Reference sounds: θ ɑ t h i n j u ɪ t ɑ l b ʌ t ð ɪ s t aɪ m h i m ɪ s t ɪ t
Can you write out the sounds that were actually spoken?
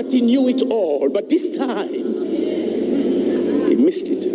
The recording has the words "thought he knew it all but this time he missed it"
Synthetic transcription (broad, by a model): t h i n j u ɪ t ɑ l b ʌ t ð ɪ s t aɪ m h i m ɪ s t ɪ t